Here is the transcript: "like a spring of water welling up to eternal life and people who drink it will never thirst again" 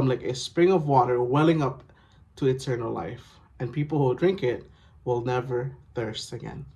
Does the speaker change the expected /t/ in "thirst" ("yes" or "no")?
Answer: no